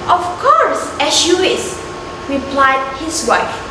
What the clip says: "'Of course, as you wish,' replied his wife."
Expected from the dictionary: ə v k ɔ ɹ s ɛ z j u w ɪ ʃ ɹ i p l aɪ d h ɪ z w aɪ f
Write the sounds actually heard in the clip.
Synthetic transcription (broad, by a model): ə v k ɔ ɹ s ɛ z j u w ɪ s ɹ i p l aɪ d h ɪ s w aɪ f